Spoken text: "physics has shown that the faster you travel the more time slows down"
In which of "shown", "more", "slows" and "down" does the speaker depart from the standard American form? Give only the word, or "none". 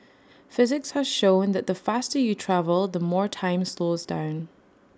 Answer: none